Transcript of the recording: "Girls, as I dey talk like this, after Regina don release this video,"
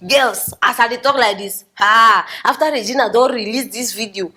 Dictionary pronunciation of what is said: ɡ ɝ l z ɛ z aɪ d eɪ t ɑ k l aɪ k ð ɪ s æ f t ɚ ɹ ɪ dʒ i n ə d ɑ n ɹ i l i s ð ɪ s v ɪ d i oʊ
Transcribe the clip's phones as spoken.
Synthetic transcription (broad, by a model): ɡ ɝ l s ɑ s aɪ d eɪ t ɑ k l aɪ k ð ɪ s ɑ f t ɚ ɹ ɪ dʒ i n ə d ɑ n ɹ i l i s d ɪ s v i d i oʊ